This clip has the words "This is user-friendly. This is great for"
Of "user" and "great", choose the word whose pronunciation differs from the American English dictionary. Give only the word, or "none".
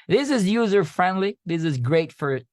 none